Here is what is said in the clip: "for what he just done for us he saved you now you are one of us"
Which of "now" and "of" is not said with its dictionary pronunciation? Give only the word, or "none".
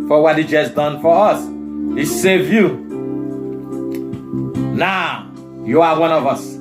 none